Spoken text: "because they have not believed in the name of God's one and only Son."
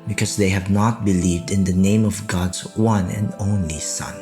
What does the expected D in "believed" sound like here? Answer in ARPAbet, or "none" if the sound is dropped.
D